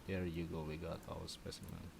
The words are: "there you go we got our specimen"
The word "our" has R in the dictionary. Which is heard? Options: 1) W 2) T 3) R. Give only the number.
1